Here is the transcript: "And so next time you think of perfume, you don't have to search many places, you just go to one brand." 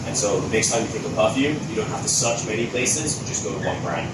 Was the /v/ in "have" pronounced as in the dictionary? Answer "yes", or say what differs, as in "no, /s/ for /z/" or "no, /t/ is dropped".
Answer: no, /f/ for /v/